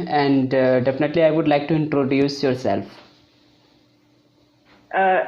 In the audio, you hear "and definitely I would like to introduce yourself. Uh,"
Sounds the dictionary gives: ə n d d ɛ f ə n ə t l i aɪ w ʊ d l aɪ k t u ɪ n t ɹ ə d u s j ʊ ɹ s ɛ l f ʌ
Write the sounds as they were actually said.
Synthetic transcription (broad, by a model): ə n d d ɛ f ə n ə t l i aɪ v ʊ d l aɪ k t u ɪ n t ɹ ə d u s j ʊ ɹ s ɛ l f